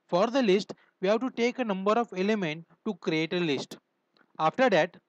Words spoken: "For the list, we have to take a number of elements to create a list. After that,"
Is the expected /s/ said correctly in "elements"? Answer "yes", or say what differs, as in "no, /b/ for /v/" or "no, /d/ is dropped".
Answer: no, /s/ is dropped